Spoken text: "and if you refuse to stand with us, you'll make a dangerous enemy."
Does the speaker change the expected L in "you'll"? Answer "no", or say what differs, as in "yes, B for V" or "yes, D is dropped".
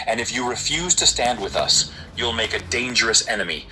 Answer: no